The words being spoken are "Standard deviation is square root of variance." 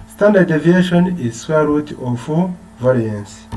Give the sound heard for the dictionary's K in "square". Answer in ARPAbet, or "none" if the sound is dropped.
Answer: none